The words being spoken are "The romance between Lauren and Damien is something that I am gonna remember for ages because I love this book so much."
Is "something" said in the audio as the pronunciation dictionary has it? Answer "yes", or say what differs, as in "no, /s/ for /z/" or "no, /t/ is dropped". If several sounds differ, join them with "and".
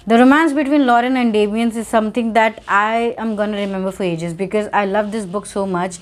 no, /t/ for /θ/